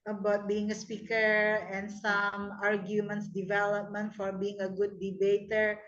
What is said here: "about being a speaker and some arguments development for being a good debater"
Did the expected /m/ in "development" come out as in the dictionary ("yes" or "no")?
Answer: yes